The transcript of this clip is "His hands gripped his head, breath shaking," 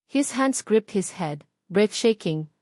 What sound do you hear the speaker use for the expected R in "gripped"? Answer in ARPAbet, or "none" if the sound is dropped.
R